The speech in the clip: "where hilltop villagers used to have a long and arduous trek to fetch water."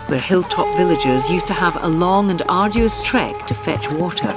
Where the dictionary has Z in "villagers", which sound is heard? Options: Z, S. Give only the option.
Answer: Z